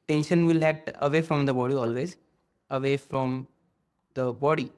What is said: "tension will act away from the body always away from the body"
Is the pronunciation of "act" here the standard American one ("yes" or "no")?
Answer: no